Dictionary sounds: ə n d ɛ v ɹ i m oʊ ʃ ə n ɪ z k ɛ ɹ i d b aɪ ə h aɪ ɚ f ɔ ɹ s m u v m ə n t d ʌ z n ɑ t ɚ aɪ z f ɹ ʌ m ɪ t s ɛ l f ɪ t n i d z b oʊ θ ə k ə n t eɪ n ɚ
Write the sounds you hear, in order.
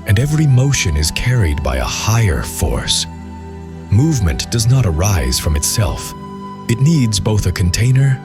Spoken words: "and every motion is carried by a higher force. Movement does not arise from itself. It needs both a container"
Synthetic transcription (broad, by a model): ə n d ɛ v ɹ i m oʊ ʃ ə n ɪ z k ɛ ɹ i d b aɪ ə h aɪ ɚ f ɔ ɹ s m u v m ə n d ʌ z n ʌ t ɚ aɪ z f ɹ ʌ m ɪ t s ɛ l f ɪ t n i d z b oʊ θ ə k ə n t eɪ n ɚ